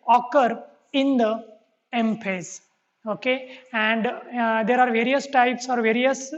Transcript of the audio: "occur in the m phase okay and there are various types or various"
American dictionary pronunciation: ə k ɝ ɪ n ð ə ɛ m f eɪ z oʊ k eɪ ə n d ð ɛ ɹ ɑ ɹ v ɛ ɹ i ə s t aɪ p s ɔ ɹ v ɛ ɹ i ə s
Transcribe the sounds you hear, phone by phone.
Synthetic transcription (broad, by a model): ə k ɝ ɪ n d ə ɛ m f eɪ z oʊ k eɪ ə n d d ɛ ɹ ɑ ɹ v ɛ ɹ i ə s t aɪ p s ɔ ɹ v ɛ ɹ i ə s